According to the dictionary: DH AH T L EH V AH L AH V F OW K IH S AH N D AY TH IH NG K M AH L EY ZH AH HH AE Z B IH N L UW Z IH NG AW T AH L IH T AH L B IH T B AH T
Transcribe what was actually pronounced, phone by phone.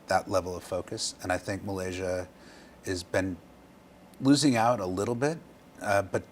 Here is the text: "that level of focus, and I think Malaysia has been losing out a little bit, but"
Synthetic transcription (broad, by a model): DH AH T L EH V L AH V F OW K IH S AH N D AY TH IH NG K M AH L EY ZH AH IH Z B IH N L UW Z IH NG AW T AH L IH T L B IH T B AH T